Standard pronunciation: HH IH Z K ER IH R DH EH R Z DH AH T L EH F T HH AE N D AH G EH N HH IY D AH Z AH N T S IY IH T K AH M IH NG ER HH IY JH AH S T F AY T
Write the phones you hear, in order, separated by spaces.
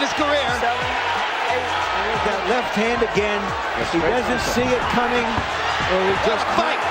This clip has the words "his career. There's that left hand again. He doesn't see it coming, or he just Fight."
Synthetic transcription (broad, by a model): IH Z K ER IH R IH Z DH AH T L EH F T HH AE N D AH G EH N HH IY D AH Z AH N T S IY IH T K AH M IH NG ER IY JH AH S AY